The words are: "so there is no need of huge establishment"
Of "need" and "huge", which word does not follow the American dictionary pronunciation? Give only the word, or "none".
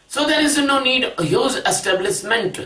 huge